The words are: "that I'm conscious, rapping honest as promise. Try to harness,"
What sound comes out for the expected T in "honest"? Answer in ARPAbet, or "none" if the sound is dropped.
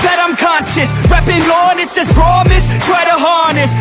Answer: none